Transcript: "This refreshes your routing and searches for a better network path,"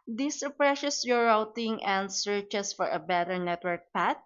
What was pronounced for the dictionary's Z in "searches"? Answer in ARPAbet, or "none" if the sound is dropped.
S